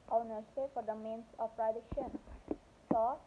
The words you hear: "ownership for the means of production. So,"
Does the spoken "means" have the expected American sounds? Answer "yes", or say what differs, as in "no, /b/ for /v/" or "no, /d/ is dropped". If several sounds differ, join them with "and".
no, /s/ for /z/